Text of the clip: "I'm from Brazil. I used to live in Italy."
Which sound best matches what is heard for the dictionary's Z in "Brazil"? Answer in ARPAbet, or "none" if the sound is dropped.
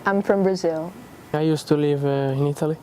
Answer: Z